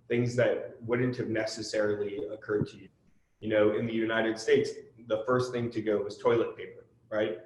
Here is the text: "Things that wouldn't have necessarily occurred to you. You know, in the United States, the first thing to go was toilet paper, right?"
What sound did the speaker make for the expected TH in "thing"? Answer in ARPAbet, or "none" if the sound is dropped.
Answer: TH